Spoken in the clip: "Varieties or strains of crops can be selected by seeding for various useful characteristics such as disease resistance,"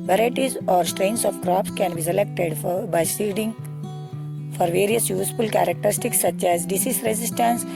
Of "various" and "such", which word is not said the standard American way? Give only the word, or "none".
none